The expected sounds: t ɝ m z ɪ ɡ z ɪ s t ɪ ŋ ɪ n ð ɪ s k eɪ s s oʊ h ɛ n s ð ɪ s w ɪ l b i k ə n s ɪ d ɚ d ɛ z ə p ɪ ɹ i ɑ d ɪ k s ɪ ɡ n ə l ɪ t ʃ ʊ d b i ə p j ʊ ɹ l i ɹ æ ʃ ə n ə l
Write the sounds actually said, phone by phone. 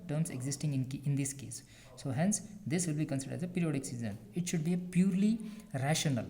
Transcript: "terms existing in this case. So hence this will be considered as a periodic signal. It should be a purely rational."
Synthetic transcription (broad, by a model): t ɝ m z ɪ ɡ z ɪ s t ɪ ŋ ɪ n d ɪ s k eɪ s s oʊ h ɛ n s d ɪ s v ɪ l b i k ə n s ɪ d ɚ d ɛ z ə p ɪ ɹ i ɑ d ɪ k s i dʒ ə n ɪ t ʃ ʊ d b i ə p j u ɹ l i ɹ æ ʃ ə n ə l